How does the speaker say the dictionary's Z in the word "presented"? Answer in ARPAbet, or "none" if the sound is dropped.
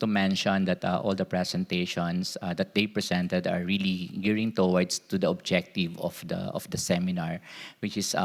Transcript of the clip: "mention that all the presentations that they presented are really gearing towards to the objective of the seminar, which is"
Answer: S